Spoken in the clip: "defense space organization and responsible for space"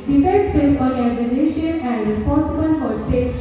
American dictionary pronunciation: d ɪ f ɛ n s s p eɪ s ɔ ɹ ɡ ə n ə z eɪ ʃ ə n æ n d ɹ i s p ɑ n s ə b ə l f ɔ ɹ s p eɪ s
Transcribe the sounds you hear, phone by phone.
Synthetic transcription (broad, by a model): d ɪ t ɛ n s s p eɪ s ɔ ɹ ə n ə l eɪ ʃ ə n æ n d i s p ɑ s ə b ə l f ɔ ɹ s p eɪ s